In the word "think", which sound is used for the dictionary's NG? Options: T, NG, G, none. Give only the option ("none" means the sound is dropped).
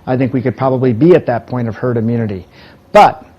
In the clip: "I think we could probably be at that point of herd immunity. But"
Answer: NG